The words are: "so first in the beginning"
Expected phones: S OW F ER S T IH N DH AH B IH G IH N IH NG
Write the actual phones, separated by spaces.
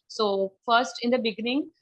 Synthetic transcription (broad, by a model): S OW F ER S T IH N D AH B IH G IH N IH NG